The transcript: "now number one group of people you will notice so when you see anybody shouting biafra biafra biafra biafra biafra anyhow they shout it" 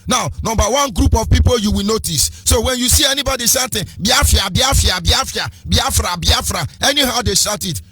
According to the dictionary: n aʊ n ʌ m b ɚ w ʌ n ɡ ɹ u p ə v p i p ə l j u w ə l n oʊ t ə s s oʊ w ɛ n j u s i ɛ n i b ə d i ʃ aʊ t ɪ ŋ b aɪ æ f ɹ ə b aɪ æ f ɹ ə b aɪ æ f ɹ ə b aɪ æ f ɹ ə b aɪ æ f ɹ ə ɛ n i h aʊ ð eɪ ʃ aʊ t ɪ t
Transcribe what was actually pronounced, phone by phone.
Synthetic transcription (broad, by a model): n aʊ n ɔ m b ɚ w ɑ n ɡ ɹ u p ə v p i p ə l j u w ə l n oʊ t ə s s oʊ w ɛ n j u s i ɛ n i b ə d i s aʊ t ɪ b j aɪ f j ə b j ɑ f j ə b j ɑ f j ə b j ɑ f ɹ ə b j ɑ f ɹ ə ɛ n i h aʊ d eɪ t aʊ t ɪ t